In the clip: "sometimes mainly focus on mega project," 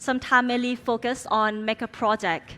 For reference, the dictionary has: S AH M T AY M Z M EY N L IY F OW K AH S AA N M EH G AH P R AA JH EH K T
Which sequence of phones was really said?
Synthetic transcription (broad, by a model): S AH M T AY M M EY L IY F OW K AH S AA N M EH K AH P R AA JH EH K T